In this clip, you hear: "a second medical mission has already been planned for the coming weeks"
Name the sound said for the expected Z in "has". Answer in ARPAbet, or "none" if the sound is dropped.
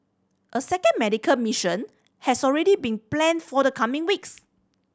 S